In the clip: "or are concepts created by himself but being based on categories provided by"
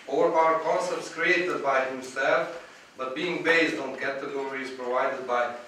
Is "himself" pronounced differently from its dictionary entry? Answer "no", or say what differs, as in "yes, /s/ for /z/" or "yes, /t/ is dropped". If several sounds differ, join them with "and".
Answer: no